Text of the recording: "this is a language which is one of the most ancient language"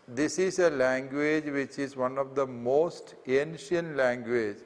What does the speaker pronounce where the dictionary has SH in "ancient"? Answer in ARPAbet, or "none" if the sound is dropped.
SH